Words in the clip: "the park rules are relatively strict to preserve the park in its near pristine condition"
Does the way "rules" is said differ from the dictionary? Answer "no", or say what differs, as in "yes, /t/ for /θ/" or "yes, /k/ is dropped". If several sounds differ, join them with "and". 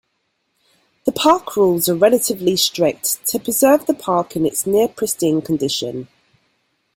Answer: no